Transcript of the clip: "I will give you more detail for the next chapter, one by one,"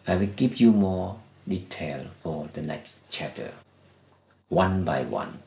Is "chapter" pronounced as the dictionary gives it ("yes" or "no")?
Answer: no